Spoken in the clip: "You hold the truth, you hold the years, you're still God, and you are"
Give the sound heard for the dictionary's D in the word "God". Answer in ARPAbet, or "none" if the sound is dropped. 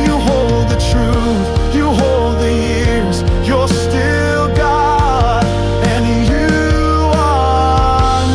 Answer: none